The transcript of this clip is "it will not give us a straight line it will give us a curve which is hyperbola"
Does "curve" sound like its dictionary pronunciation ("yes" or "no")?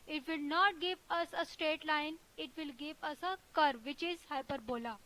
yes